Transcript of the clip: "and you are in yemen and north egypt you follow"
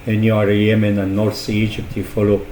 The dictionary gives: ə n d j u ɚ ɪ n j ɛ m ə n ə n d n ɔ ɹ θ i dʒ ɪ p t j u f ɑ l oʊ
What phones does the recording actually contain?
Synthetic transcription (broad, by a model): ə n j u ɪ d j ɛ m ə n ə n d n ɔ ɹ s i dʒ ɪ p t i f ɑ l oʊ